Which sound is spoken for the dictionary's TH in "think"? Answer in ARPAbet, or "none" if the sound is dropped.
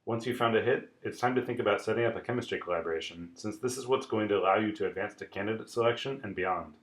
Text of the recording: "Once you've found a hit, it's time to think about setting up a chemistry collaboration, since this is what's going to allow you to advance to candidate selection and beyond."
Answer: TH